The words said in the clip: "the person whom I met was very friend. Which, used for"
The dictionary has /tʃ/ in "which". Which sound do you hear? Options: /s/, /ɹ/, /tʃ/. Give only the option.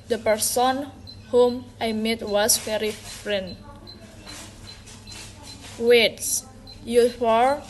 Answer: /s/